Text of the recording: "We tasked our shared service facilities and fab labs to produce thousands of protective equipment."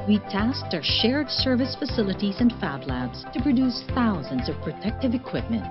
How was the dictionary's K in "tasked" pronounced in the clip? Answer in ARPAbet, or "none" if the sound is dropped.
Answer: K